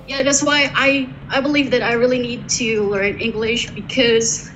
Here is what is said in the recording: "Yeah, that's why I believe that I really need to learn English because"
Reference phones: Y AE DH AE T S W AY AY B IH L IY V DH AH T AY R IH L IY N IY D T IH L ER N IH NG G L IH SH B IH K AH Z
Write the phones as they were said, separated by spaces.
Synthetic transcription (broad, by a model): Y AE DH AE T S W AY AY B IH L IY V DH AH T AY R IH L IY N IY D T IH L ER N IH NG G L IH SH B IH K AH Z